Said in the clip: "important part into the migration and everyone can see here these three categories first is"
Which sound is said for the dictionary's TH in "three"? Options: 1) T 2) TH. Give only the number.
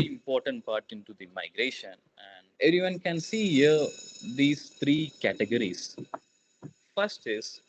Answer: 1